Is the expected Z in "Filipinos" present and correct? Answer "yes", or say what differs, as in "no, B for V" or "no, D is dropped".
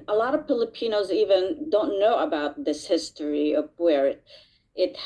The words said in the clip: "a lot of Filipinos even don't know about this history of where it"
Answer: yes